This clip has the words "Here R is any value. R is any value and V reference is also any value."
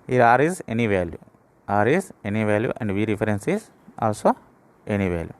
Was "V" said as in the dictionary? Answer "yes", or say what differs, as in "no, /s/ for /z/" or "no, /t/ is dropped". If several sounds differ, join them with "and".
yes